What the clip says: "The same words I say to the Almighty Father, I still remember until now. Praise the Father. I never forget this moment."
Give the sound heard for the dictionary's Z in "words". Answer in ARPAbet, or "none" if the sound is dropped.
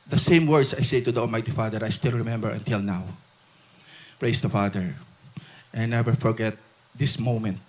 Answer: S